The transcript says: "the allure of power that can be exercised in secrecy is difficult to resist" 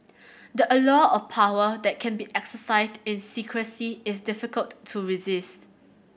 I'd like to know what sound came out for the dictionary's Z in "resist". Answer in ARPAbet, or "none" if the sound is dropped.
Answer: Z